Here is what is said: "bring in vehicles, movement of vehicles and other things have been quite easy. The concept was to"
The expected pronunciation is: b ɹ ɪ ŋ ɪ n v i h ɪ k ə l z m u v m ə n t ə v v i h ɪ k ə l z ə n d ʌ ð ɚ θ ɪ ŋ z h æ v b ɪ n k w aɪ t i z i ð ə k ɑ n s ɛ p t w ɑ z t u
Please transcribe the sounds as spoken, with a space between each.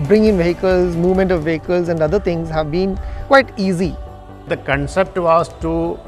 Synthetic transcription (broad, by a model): b ɹ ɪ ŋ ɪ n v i h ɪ k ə l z m u v m ə n t ə v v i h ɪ k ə l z ə n d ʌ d ɚ t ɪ ŋ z h æ v b ɪ n k w aɪ t i z i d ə k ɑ n s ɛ p t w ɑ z t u